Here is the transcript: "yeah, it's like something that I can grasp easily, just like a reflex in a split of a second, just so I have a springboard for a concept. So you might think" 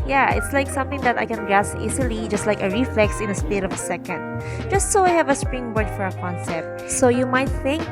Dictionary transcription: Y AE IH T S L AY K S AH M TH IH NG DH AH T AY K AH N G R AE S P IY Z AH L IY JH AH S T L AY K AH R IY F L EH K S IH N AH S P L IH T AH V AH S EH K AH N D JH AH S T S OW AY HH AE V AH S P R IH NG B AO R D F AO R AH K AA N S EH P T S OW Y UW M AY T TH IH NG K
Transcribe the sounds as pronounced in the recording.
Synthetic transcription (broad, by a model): Y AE IH T S L AY K S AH M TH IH NG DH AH T AY K AH N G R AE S IY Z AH L IY JH AH S T L AY K AH R IY F L EH K S IH N AH S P IH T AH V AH S EH K AH N D JH AH S T S OW AY HH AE V AH S P R IH NG B AO R D F AO R AH K AA N S EH P T S OW Y UW M AY T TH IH NG K